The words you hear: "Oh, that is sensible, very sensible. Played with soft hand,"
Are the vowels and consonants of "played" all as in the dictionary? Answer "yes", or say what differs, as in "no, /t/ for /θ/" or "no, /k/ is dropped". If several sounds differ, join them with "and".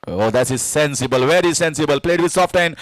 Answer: yes